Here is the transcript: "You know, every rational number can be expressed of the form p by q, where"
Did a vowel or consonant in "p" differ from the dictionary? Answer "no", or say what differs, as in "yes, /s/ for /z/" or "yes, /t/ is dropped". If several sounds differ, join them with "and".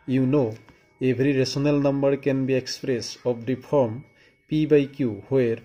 no